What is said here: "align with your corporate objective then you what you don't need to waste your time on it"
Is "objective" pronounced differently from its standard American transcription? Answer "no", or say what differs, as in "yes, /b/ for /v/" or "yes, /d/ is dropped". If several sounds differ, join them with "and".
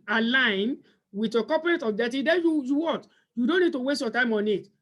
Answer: yes, /k/ is dropped